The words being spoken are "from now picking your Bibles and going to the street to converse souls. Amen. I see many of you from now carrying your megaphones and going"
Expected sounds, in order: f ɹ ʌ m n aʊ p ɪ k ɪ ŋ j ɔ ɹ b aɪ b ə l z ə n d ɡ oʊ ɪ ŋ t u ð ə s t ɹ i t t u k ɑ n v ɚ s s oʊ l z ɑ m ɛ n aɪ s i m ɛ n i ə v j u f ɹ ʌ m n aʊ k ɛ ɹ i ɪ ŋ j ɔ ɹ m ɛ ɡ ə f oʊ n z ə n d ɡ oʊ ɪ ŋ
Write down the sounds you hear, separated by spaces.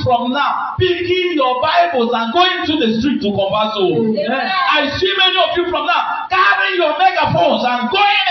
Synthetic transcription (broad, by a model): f ɹ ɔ m n aʊ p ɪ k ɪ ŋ j ɔ b aɪ b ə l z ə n ɡ oʊ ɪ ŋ t u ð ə s t ɹ i t t u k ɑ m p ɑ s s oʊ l ɑ ɪ s i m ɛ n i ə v j u f ɹ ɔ m n aʊ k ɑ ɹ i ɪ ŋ j ɔ m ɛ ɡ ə f oʊ n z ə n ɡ oʊ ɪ